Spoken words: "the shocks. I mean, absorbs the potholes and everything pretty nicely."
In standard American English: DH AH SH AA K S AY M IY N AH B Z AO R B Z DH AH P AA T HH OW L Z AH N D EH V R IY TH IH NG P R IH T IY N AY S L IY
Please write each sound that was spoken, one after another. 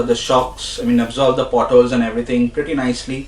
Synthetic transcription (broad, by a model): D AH SH AA K S AY M IY N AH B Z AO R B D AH P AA T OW L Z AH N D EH V R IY T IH NG P R IH T IY N AY S L IY